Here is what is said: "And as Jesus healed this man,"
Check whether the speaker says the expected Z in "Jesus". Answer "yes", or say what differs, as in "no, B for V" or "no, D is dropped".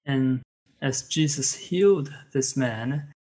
yes